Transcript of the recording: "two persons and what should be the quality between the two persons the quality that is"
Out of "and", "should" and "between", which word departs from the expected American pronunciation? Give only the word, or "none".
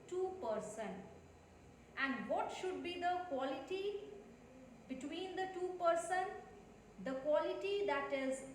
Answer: none